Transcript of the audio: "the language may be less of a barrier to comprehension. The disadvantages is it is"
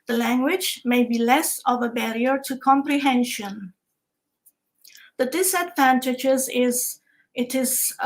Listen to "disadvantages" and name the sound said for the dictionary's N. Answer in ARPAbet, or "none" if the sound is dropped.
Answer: N